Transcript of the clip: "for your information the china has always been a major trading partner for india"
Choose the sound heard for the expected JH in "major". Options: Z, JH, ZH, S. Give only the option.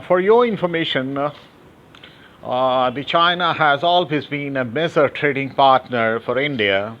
Z